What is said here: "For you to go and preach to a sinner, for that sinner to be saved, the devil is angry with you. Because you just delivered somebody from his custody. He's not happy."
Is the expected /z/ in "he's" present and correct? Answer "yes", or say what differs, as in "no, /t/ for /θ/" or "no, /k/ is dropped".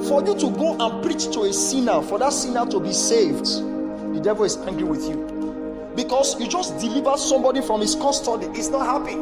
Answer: no, /s/ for /z/